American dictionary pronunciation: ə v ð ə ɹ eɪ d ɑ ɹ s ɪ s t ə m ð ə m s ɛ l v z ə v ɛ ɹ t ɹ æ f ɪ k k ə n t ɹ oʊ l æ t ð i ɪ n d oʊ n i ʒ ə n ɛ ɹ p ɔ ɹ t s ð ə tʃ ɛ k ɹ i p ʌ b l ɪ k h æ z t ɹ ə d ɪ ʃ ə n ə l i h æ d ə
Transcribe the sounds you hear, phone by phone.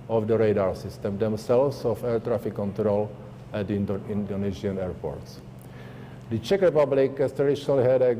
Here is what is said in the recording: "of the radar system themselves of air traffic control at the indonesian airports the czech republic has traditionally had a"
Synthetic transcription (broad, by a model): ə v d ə ɹ eɪ d ɑ ɹ s ɪ s t ə m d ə m s ɛ l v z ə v ɛ ɹ t ɹ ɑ f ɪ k k ə n t ɹ oʊ l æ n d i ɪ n d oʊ n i z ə n ɛ ɹ p ɔ ɹ t s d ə tʃ ɛ k ɹ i p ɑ b l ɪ k h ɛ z t ɹ ə d ɪ ʃ ə n ə l i h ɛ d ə